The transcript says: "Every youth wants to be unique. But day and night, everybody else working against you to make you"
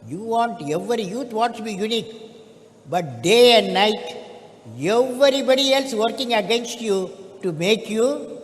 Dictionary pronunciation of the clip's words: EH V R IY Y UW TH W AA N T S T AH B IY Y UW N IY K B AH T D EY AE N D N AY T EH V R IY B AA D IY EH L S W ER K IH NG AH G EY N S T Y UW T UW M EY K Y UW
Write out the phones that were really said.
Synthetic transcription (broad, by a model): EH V R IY Y UW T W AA T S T B IY Y UW N IY K B AH T D EY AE N D N AY T EH V R IY B AA D IY EH L S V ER K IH NG AH G EY N S T Y UW T UW M EY K Y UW